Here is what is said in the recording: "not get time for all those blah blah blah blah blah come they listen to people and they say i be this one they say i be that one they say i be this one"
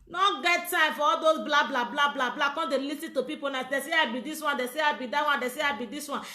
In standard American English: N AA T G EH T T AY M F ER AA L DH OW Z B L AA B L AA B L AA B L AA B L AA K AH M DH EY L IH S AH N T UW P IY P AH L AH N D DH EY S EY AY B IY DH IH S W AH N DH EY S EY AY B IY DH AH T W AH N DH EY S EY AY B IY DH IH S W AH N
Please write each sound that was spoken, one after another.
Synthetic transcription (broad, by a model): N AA G EH T T AY M F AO AA L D OW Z B L AA B L AA B L AA B L AA B L AA K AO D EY L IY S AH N T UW P IY P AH N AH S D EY S EY AY B IY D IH S W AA N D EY S EY AY B IY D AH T W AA N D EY S EY AY B IY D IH S W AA N